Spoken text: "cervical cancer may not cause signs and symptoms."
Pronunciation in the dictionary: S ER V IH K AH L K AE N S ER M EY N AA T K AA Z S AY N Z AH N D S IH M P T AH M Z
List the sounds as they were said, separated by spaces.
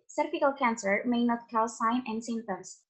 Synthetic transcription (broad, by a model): S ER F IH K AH L K AE N S ER M EY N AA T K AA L S AY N AH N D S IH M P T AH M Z